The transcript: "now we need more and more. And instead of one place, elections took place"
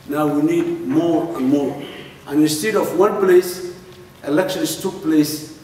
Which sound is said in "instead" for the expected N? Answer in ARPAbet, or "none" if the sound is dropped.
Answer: N